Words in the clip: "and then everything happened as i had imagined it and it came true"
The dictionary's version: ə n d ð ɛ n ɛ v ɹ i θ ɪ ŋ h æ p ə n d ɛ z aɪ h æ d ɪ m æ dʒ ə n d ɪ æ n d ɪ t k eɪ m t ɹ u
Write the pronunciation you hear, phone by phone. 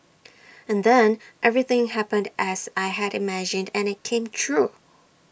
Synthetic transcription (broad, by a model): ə n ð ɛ n ɛ v ɹ i θ ɪ ŋ h æ p ə n d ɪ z aɪ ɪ d ɪ m æ dʒ ə n d ɪ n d ɪ t k eɪ m t ɹ u